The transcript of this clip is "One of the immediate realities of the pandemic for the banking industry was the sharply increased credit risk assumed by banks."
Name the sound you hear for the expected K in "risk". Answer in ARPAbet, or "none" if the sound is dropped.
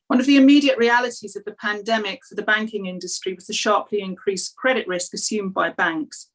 K